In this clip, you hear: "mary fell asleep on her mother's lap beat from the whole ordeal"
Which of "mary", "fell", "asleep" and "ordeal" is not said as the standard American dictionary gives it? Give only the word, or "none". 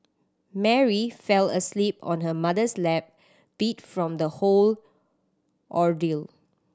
none